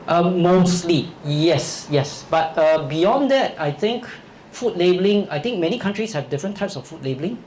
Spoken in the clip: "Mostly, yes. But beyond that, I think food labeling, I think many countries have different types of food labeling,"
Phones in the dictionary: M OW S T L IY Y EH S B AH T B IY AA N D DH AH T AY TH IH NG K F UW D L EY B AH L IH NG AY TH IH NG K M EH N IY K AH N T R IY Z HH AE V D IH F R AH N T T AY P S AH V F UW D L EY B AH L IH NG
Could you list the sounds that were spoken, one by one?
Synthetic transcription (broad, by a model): M OW S T L IY Y EH S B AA T B IY AA N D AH T AY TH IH NG K F UW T L EY B AH L IH NG AY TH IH NG K M EH N IY K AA N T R IY S HH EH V D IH F R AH N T T AY P S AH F UW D L EY B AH L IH NG